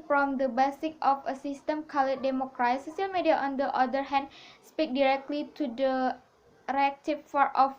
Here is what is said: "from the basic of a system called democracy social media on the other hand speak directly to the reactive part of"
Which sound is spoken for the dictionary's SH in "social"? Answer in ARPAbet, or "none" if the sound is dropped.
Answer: none